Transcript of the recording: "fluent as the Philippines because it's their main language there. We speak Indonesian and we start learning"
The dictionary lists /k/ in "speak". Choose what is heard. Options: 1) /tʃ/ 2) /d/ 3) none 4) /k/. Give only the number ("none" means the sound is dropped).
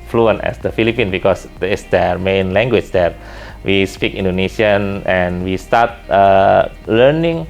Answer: 4